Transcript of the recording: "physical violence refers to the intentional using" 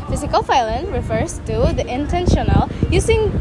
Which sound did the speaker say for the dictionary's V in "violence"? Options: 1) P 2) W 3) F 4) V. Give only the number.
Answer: 3